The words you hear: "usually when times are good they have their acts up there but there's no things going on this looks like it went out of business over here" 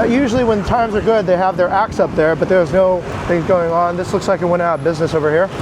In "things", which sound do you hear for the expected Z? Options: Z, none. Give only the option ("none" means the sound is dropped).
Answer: Z